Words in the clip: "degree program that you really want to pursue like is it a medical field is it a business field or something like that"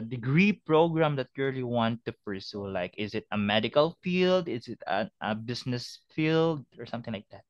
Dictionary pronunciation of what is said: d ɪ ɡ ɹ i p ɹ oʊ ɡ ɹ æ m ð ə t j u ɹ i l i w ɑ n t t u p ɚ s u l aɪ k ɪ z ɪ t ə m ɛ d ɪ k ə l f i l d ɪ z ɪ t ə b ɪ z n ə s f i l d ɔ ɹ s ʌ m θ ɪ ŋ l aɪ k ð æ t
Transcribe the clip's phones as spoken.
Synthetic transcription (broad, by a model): d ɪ ɡ ɹ i p ɹ oʊ ɡ ɹ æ m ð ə t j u ɹ i l i w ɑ n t t u p ɚ s u l aɪ k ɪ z ɪ t ə m ɛ d ɪ k ə l f i l d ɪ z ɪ t ə b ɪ s n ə s f i l d ɔ ɹ s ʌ m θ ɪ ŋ l aɪ k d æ t